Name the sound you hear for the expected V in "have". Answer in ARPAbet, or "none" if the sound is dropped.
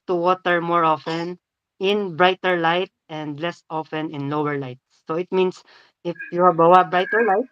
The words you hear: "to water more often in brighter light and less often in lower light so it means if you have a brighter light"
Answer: W